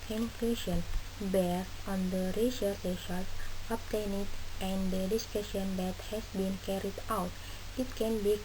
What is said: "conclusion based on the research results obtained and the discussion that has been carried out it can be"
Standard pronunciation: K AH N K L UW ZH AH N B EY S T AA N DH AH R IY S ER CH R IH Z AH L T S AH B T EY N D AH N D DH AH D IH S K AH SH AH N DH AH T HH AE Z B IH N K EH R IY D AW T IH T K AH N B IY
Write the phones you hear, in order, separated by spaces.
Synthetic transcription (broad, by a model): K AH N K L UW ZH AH N B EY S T AA N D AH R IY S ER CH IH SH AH T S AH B T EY N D AH N D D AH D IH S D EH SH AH N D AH T HH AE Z B IH N K EH R IY D AW T IH T K AH N B IY